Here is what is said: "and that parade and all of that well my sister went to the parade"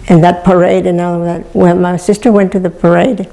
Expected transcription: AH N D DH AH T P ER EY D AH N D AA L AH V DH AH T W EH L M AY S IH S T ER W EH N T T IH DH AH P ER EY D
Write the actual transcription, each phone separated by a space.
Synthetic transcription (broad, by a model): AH N DH AH T P ER EY D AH N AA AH W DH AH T W EH L M AY S IH S T ER W EH N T T IH DH AH P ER EY D